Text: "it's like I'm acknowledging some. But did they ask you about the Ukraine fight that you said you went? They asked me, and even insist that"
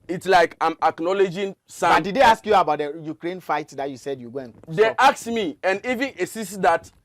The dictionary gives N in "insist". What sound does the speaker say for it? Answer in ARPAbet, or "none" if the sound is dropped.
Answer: none